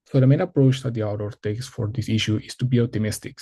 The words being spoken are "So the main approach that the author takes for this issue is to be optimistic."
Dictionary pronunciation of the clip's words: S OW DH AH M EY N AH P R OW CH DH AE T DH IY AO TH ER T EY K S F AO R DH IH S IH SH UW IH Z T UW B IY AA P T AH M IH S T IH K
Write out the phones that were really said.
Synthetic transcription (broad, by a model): S OW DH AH M EY N AH P R OW CH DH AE T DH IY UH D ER T EY K S F AO R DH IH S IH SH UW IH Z T UW B IY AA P T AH M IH S T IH K